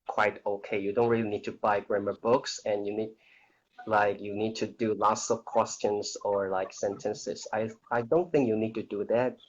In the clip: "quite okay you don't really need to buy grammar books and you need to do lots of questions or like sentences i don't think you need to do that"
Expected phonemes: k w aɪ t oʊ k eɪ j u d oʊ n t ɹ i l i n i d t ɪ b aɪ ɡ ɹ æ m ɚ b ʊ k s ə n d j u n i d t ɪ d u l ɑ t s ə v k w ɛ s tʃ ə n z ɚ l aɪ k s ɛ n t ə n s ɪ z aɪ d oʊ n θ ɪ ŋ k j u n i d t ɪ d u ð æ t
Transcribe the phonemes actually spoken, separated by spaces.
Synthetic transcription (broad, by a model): k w aɪ t oʊ k eɪ j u d oʊ n t ɹ i l i n i d t ɪ b aɪ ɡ ɹ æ m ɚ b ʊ k s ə n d j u n i d t ɪ d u l ɑ t s ə v k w ɛ s tʃ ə n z ɚ l aɪ k s ɛ n t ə n s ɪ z aɪ d oʊ n θ ɪ ŋ k j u n i d t ɪ d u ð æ t